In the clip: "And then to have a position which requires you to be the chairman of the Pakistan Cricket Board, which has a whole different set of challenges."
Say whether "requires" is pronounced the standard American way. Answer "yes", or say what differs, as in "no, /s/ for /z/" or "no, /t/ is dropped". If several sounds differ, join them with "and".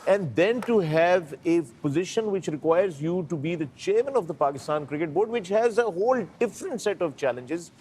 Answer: yes